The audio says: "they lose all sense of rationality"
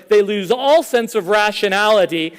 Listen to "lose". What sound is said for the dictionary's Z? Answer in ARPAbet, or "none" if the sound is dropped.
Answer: Z